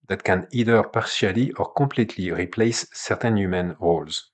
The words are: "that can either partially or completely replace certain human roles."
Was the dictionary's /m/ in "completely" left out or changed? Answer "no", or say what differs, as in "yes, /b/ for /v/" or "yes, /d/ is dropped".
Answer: yes, /m/ is dropped